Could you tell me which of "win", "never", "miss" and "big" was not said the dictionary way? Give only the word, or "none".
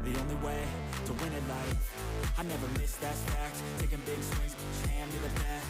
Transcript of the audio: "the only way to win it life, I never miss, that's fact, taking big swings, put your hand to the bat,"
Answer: none